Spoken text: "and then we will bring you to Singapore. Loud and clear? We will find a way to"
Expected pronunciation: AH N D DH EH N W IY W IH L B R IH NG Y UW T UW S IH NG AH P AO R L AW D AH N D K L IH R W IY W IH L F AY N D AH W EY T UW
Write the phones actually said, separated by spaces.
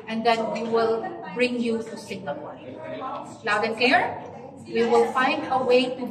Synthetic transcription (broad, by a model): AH N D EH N W IY W IH L B R IH NG Y UW T UW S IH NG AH AO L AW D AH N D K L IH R W IY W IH L F AY N D AH W EY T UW